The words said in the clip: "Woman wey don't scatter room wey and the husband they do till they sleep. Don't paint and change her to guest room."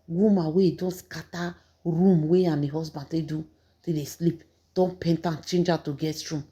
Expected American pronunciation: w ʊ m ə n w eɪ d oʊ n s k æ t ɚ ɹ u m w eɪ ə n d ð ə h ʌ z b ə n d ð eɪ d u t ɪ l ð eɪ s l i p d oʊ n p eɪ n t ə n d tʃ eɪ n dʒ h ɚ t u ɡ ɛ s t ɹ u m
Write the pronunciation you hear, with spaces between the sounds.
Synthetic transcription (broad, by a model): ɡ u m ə w eɪ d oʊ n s k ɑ t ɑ ɹ u m w eɪ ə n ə h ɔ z b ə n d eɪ d u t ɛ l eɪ s l i p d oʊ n p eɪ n t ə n tʃ eɪ n dʒ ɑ t u ɡ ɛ t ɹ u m